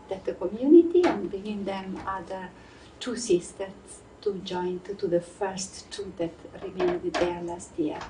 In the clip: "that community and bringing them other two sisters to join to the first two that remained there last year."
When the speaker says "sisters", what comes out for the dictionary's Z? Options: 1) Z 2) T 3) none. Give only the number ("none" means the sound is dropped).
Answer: 3